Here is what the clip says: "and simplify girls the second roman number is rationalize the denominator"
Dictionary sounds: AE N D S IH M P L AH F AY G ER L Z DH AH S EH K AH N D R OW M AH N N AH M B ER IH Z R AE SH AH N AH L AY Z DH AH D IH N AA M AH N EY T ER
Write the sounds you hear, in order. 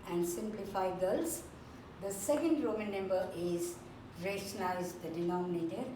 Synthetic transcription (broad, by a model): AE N D S IH M P L AH F AY G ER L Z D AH S EH K AH N D R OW M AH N N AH M B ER IH Z R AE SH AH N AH IH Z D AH D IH N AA M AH N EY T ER